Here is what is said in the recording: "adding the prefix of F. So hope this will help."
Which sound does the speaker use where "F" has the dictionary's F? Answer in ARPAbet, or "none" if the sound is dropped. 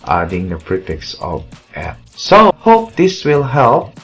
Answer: P